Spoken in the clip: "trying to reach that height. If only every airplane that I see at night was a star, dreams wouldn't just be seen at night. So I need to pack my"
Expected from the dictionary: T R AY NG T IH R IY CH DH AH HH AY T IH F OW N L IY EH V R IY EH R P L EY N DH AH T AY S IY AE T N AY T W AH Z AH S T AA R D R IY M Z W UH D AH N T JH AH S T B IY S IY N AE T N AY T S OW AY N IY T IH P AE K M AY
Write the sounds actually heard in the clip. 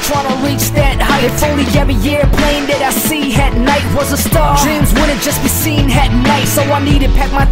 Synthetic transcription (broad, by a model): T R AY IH R IY CH DH AH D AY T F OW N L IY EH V IY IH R P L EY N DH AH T AY S IY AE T N AY T W AH Z AH S T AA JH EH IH M Z W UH D N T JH AH S B IY S IY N AE T N AY T S OW AY N IY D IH P AE K M AY